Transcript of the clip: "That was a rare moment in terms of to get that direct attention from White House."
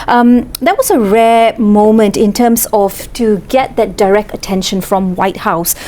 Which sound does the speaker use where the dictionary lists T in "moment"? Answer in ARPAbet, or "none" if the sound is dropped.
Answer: T